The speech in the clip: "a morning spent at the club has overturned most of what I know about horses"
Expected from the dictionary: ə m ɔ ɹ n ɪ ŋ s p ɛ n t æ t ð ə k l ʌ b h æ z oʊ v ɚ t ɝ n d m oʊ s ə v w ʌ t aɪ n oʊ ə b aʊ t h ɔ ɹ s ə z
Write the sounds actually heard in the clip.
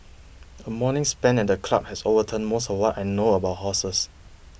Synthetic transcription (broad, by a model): ə m ɔ n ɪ ŋ s p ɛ n ɛ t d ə k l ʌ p h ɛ s oʊ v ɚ t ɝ n m oʊ s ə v w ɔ t aɪ n oʊ ə b aʊ t h ɔ s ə s